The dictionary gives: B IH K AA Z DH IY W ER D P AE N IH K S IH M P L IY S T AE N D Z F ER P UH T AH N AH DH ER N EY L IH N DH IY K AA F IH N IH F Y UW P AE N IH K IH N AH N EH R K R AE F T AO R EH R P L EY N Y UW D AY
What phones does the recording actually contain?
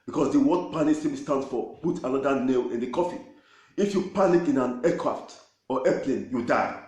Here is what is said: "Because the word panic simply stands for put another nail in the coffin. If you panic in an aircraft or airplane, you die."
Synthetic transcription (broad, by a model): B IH K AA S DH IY W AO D P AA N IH S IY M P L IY S T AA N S F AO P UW T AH N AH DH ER N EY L IH N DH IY K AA F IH IH F Y UW P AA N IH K IH N AH N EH K R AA F T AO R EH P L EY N Y UW D AY